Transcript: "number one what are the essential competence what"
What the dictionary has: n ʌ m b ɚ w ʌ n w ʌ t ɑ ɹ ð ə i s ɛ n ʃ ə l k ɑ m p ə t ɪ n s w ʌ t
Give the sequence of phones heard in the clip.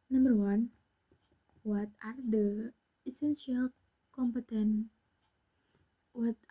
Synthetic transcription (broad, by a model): n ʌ m b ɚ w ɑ n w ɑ t ɑ ɹ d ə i s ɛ n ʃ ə l k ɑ m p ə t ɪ n w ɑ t